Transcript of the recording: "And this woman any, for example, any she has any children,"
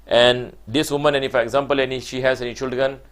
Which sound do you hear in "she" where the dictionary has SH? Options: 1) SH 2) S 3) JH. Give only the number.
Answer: 1